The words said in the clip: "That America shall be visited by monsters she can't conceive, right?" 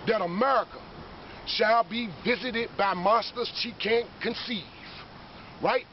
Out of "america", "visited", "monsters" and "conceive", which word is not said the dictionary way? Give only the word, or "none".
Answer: monsters